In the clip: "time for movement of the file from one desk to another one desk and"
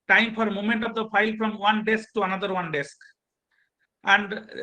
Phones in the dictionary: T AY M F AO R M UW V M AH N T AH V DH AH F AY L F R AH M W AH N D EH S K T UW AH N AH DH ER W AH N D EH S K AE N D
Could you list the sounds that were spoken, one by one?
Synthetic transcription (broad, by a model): T AY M F AO R M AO M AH N T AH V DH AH F AY L F R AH M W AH N D EH S K T UW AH N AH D ER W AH N D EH S K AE N D